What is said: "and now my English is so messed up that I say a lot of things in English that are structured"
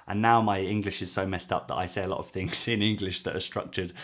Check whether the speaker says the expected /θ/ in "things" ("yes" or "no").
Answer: yes